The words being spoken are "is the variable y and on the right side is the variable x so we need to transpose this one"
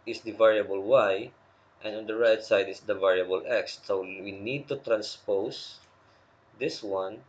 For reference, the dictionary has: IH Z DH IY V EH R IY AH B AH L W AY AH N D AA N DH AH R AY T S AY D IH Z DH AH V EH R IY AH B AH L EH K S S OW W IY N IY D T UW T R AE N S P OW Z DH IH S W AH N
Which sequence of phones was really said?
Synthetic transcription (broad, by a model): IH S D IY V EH R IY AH B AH L W AY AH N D AA N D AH R AY T S AY D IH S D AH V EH R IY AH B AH L EH K S S OW W IY N IY D T UW T R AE N S P OW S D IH S W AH N